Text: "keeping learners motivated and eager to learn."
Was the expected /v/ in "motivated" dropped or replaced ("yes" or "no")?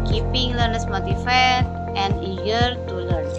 yes